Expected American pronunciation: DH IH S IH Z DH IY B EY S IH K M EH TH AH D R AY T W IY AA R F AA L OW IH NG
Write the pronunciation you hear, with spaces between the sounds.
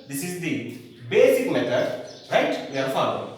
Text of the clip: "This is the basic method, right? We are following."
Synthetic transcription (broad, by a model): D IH S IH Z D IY B EY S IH K M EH T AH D R AY T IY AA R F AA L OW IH